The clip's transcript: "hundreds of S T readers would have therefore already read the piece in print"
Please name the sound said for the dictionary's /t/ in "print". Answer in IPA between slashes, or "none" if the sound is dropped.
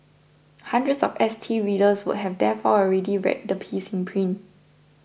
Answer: none